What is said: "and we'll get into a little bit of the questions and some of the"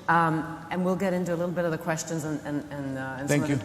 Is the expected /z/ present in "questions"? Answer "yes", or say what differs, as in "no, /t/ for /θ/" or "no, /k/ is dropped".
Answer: yes